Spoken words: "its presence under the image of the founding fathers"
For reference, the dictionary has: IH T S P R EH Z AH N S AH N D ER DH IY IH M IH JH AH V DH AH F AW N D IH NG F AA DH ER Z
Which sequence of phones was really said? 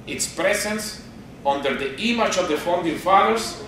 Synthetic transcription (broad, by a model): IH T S P R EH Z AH N S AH N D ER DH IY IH M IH CH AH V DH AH F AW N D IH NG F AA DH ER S